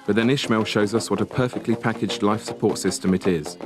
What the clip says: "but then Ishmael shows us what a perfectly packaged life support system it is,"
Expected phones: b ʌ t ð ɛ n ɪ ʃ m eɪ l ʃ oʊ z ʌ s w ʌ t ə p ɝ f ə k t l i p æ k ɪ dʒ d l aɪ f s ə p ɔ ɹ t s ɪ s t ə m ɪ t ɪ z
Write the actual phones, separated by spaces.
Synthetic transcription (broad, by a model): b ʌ t ð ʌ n ɪ ʃ m eɪ l ʃ oʊ z ʌ s w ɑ t ə p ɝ f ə k t l i p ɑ k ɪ dʒ d l aɪ f s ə p ɔ t s ɪ s t ə m ɪ t ɪ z